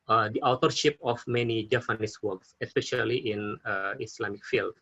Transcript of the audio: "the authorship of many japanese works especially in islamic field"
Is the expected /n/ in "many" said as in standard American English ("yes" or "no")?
yes